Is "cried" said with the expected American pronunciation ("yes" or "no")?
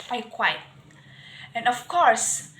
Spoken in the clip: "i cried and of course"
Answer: no